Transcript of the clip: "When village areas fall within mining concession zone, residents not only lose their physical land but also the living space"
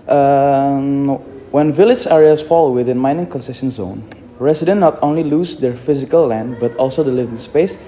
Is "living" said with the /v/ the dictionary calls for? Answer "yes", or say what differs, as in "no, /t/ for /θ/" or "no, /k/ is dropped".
yes